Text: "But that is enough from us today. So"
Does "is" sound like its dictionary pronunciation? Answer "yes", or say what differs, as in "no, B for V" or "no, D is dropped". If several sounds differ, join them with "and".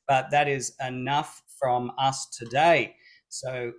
yes